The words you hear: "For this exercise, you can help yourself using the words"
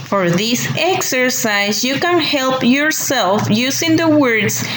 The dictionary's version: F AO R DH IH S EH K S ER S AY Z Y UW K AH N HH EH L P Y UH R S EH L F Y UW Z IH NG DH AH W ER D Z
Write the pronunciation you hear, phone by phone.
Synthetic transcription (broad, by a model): F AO R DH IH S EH K S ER S AY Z Y UW K AH N HH EH L P Y UH R S EH L F Y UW S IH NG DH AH W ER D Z